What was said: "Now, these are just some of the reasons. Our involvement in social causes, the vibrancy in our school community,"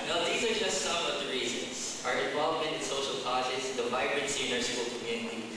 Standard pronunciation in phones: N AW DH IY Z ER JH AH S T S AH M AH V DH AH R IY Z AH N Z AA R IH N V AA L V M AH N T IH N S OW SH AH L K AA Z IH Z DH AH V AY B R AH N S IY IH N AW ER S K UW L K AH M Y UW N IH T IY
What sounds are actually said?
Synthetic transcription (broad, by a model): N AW DH IY Z ER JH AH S S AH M AH V DH AH R IY Z AH N Z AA R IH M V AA L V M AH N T IH N S OW SH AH L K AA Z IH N DH AH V AY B R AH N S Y IH N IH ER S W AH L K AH M Y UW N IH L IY